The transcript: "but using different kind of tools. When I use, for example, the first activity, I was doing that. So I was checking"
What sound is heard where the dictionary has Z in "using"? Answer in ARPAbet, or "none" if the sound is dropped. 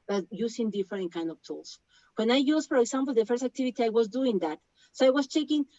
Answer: S